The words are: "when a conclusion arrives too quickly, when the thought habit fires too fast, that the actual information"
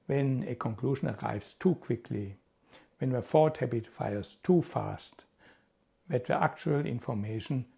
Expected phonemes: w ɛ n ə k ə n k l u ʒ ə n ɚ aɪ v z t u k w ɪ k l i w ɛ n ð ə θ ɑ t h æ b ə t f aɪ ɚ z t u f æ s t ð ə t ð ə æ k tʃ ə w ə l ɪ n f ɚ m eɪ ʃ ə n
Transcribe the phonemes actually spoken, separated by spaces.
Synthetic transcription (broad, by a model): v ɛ n ə k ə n k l u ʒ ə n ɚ aɪ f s t u k w ɪ k l i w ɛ n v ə f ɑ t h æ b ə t f aɪ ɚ s t u f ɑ s t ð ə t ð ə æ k tʃ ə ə l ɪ n f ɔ m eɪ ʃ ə n